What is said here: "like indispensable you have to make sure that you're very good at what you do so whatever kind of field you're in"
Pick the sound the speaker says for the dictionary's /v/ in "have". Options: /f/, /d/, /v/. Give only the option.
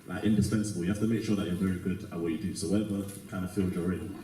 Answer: /f/